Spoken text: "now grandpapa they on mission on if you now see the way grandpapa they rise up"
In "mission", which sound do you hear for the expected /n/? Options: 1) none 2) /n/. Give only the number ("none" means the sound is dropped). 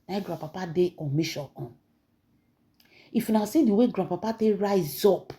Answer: 1